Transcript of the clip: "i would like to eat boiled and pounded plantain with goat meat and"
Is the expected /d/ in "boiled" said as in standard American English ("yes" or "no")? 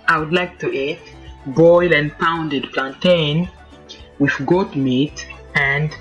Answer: no